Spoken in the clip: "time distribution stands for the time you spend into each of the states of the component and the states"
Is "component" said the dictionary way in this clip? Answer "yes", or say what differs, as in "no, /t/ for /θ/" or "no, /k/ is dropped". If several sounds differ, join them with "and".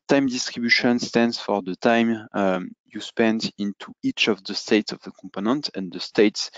yes